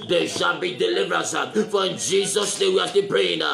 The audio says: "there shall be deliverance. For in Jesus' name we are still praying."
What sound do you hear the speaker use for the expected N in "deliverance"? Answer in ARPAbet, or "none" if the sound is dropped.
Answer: none